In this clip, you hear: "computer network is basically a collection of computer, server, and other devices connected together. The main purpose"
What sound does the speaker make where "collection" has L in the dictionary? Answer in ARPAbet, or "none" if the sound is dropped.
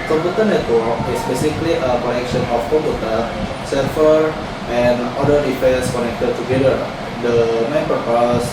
N